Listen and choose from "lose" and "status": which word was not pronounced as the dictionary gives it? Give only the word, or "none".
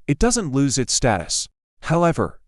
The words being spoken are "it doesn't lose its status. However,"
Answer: none